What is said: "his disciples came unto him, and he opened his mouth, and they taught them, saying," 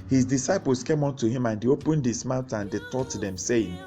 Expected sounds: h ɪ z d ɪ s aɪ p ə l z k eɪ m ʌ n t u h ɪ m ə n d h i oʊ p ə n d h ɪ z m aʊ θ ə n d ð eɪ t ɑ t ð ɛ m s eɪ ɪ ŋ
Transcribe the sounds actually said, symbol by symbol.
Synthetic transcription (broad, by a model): h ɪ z d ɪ s aɪ p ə l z k eɪ m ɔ n t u h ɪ m ə n d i oʊ p ə n d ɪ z m aʊ t ə n d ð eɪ t ɑ t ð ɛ m s eɪ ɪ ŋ